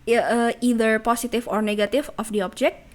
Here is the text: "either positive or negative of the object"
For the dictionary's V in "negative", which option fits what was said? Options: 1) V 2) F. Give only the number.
2